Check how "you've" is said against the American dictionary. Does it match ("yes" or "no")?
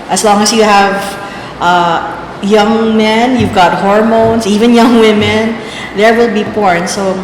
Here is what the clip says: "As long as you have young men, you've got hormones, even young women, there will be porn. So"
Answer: yes